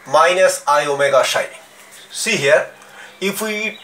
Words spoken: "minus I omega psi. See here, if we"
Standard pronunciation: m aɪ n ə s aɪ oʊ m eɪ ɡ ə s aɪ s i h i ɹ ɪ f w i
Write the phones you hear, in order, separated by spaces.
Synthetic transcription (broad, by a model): m aɪ n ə s aɪ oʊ m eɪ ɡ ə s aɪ s i h i ɹ ɪ f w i